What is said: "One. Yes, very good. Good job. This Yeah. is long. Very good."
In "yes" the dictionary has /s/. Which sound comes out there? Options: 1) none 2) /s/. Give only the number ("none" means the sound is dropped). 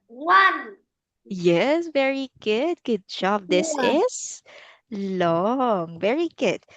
2